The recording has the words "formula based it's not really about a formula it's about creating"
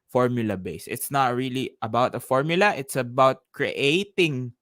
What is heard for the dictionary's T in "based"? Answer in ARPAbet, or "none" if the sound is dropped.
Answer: none